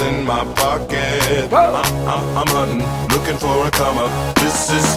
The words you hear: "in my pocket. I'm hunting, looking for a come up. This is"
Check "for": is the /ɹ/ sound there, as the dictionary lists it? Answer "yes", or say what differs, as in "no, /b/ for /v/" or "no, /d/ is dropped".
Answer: no, /w/ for /ɹ/